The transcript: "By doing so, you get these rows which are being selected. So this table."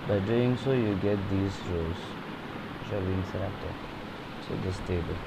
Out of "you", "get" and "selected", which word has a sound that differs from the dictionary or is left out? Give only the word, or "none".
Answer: selected